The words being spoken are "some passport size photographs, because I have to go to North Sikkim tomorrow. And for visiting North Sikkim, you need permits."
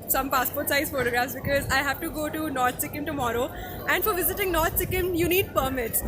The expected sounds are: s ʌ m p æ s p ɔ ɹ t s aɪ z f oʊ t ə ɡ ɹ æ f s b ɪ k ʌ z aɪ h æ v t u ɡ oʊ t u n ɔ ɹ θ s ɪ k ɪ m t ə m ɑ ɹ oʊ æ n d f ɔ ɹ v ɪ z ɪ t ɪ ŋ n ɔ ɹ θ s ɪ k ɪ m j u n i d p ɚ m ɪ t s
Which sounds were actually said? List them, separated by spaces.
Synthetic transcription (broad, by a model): s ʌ m p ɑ s p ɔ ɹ t s aɪ z f oʊ t ə ɡ ɹ æ f s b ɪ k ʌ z aɪ h æ v t u ɡ oʊ t u n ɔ ɹ t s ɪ k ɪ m t ə m ɑ ɹ oʊ æ n d f ɔ ɹ v ɪ z ɪ t ɪ ŋ n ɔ ɹ t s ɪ k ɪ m j u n i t p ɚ m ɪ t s